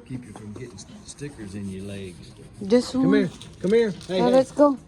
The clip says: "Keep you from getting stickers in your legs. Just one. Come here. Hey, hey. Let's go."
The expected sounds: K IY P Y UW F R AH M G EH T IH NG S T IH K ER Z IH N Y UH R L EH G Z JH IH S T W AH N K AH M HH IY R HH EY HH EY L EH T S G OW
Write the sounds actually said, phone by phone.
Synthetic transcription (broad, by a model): K IY P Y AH F R AH M G EH T IH NG S T IH K ER Z IH N Y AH R L EH G Z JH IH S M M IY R K AH M HH IY R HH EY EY L EH T S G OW